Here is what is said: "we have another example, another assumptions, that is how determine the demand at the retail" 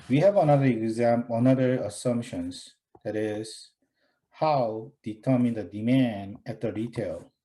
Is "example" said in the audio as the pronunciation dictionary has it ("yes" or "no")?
no